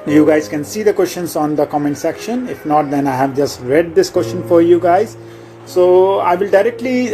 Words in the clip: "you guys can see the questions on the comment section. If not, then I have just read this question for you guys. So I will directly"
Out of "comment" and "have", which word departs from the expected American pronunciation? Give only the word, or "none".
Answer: none